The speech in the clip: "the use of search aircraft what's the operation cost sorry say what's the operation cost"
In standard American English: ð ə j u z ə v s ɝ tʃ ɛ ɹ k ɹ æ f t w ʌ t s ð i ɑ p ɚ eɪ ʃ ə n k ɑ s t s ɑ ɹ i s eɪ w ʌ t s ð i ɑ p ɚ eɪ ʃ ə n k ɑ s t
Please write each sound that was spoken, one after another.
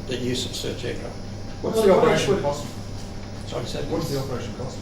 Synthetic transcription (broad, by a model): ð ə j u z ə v s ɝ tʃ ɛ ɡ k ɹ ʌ w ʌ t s ð i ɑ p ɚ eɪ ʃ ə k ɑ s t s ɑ i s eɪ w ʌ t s ð i ɑ p ɚ eɪ ʃ ə n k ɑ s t